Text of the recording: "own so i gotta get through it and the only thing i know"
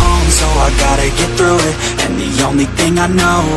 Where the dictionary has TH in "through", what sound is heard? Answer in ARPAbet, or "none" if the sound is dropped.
TH